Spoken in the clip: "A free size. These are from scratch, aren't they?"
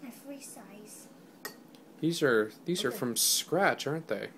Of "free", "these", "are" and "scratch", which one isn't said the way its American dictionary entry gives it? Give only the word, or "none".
none